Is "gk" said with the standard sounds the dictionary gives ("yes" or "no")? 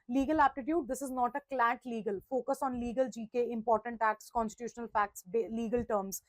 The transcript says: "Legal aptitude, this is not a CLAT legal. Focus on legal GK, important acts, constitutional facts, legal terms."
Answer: yes